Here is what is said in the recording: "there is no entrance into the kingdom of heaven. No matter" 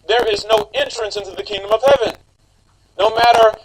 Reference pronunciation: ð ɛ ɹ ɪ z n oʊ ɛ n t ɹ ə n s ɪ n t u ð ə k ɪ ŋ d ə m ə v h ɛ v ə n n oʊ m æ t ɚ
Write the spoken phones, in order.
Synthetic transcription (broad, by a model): ð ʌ ɹ ɪ z n oʊ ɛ n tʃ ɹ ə n s ɪ n t u ð ə k ɪ ŋ d ə m ə v h ɛ v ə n n oʊ m æ t ɚ